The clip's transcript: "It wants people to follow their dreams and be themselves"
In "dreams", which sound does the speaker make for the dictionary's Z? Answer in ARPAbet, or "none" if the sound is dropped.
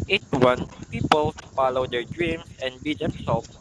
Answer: S